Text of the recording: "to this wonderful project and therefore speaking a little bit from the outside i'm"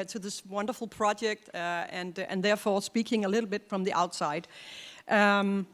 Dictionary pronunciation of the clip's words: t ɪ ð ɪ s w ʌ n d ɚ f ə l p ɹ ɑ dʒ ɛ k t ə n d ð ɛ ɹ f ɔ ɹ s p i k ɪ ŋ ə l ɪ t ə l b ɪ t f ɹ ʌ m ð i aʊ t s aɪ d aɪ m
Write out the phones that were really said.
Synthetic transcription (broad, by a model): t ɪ ð ɪ s w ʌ n d ɚ f l p ɹ ɑ dʒ ɛ k t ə n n ð ɛ ɹ f ɔ ɹ s p i k ɪ ŋ ə l ɪ t l b ɪ t f ɹ ʌ m ð i aʊ t s aɪ d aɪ m